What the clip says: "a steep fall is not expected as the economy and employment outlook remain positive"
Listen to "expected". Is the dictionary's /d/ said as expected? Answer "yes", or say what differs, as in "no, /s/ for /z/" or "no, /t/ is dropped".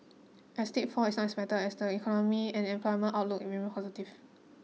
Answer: no, /d/ is dropped